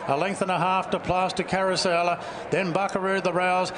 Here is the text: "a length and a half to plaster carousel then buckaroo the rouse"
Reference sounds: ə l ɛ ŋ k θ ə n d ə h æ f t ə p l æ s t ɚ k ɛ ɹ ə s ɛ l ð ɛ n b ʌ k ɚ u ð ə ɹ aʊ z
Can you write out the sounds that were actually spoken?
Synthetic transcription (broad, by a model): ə l ɛ ŋ k θ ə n ə h æ f t ə p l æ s t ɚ k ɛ ɹ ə s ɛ l ð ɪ n b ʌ k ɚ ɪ ð ə ɹ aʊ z